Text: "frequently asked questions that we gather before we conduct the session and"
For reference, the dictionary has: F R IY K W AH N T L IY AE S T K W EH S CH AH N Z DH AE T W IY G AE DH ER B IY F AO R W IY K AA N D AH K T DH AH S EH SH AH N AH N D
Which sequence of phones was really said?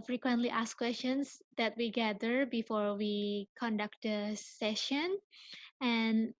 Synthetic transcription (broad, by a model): F R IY K W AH N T L IY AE S K W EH S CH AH N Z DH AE T W IY G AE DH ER B IY F AO R W IY K AA N D AH K T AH S EH SH AH N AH N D